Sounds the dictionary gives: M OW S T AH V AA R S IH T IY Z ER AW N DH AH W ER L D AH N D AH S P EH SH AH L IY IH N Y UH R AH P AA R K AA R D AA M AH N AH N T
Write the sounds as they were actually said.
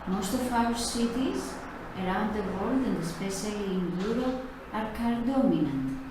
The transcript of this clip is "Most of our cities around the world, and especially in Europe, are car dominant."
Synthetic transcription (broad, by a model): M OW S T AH F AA W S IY T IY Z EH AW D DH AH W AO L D AH N D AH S P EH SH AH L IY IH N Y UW R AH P AA R K AA R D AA M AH N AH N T